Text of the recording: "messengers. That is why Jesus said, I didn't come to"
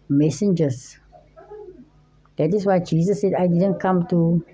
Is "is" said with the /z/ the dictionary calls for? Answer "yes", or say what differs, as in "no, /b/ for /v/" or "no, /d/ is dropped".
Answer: no, /s/ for /z/